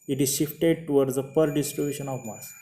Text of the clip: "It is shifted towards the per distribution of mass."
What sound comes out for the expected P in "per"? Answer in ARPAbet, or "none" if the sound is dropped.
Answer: P